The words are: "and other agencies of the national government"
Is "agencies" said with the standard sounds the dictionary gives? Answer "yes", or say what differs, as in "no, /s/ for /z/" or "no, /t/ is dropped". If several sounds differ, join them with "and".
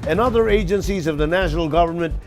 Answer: yes